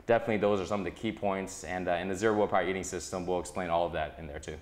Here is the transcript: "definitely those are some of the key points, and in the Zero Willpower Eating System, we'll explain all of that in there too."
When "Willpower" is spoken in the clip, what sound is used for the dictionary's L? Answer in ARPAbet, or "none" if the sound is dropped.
none